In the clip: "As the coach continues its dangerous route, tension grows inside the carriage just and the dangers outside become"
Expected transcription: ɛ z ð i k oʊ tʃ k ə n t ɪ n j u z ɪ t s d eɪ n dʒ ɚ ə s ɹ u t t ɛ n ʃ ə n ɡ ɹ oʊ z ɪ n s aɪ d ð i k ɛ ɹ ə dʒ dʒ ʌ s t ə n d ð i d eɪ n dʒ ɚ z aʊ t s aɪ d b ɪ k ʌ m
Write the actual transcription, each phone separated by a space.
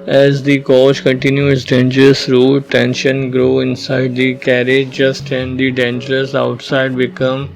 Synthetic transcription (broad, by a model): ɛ z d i k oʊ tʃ k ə n t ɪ n j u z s d eɪ n dʒ ɚ ə s ɹ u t t ɛ n ʃ ə n ɡ ɹ oʊ ɪ n s aɪ d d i k ɛ ɹ ə dʒ dʒ ʌ s t ə n d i d eɪ n dʒ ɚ s aʊ t s aɪ d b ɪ k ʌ m